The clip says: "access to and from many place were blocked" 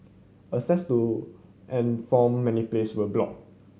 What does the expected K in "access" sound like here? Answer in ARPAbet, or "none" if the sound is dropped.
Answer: none